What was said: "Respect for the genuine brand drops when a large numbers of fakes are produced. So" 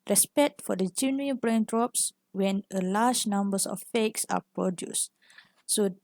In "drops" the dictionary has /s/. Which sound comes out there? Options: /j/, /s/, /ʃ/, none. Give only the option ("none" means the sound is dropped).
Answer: /s/